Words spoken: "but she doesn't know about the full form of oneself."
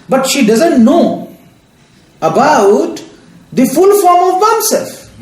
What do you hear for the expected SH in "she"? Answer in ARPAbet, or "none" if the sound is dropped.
SH